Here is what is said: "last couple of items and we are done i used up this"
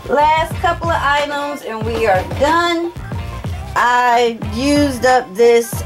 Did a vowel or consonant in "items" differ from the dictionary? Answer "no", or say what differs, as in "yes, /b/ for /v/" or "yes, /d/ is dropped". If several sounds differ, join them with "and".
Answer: no